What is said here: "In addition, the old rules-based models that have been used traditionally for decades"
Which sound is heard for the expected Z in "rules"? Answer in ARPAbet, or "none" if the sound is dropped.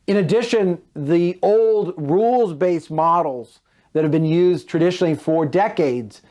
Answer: Z